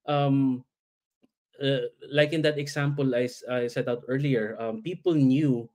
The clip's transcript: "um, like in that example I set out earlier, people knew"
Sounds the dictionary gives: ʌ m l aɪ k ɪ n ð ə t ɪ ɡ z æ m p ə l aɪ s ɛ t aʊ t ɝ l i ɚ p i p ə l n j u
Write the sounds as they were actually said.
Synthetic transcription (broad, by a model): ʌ m l aɪ k ɪ n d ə t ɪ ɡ s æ m p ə l aɪ s ɛ t aʊ t ɝ l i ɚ p i p ə l n j u